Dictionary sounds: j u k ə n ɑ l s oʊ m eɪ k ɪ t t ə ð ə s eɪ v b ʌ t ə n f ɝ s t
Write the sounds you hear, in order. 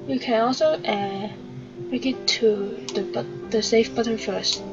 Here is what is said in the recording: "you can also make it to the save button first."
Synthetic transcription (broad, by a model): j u k ə n ɑ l s oʊ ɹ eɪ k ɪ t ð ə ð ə s eɪ f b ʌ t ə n f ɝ s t